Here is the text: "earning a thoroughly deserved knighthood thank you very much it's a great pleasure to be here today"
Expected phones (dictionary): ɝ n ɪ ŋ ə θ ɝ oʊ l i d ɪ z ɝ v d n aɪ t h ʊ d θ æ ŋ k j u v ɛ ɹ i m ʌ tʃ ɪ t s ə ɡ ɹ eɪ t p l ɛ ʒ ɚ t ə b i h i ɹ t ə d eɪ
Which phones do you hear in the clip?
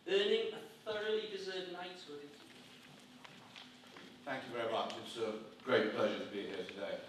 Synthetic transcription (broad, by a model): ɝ n ɪ ŋ ə θ ɝ oʊ l i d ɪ z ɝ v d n aɪ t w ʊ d θ æ ŋ k j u v ɛ ɹ i m ʌ tʃ ɪ t s ə ɡ ɹ eɪ t p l ɛ ʒ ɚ t ə b i h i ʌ t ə d eɪ